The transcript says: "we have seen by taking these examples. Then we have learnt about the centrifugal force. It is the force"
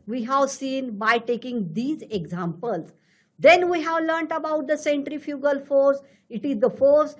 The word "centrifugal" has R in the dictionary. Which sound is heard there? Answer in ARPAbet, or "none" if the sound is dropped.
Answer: R